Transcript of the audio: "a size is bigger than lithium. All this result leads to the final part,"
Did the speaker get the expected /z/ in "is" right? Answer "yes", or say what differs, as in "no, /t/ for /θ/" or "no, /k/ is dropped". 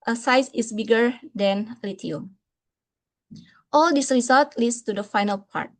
no, /s/ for /z/